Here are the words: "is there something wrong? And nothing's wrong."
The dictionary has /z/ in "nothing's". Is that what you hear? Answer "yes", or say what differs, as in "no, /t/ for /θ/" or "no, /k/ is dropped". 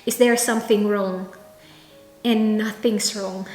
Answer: no, /s/ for /z/